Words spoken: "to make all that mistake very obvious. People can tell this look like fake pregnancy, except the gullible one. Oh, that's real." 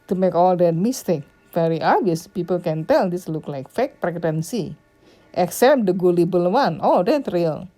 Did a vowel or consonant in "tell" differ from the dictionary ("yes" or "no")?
no